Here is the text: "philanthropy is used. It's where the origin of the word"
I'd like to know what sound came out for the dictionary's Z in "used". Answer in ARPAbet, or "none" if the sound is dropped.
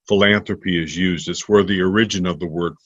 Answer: Z